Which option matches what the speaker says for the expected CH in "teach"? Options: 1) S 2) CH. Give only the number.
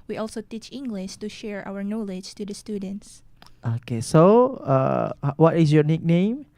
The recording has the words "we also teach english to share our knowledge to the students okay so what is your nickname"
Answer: 2